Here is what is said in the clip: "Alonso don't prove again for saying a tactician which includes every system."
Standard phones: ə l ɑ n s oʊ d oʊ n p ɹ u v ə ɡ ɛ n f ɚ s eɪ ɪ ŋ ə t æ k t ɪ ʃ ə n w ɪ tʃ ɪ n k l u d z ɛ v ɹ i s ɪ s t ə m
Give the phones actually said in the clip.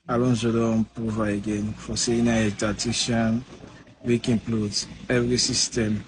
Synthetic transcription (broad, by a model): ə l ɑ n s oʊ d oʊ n p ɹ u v ə ɡ ɛ n f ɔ s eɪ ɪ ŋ ə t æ t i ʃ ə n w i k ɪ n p l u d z ɛ v ɹ i s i s t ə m